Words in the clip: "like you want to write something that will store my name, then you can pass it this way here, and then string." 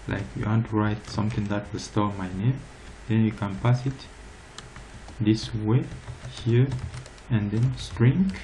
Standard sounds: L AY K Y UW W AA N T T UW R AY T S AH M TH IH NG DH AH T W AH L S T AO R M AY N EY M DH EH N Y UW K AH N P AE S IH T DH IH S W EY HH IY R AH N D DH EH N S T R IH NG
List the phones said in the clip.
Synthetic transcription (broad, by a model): L AY K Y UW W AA N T T UW R AY T S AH M T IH NG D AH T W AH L S T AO M AY N EY M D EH N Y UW K AH N P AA S IH T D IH S W EY HH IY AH AH N D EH N S T R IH NG